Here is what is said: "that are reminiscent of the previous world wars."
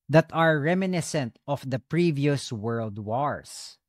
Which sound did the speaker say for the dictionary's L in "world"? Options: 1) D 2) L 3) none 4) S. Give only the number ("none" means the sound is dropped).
2